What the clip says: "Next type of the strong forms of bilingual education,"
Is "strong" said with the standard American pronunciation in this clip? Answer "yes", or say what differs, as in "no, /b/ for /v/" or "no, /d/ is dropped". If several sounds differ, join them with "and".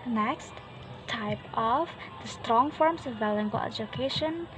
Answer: yes